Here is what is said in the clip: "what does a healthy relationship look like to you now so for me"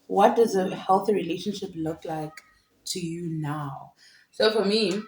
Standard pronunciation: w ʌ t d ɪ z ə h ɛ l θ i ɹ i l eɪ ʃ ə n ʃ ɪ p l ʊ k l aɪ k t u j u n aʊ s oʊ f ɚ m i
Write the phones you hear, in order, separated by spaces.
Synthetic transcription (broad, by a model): w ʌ t d ɪ z ə h ɛ l θ i ɹ i l eɪ ʃ ə n ʃ ɪ p l ʊ k l aɪ k t u j u n aʊ s oʊ f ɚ m i